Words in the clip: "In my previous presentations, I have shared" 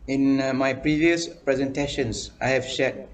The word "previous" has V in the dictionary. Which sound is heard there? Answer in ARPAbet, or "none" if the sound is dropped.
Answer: V